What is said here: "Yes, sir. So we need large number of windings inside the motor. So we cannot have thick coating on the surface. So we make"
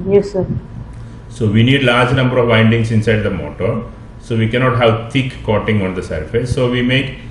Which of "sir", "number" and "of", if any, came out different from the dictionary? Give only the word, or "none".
none